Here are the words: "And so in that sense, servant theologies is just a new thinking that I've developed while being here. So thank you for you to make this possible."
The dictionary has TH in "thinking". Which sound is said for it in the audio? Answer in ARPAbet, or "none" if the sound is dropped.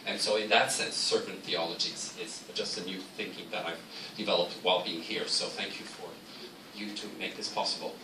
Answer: TH